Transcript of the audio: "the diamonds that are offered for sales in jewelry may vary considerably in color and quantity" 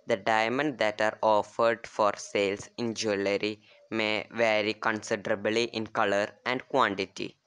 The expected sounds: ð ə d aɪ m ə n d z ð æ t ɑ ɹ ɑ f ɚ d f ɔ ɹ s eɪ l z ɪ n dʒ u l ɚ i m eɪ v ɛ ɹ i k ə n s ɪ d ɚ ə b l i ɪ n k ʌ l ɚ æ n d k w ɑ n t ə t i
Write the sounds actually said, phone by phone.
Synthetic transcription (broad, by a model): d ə d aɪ m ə n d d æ t ɑ ɹ ɑ f ɚ d f ɔ ɹ s eɪ l s ɪ n dʒ u l ɚ i m eɪ v ɛ ɹ i k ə n s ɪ d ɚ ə b l i ɪ n k ʌ l ɚ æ n d k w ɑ n t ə t i